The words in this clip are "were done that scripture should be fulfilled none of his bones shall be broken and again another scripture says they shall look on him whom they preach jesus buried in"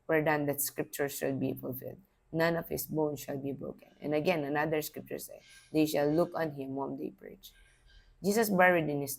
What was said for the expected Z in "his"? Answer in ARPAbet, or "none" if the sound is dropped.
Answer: S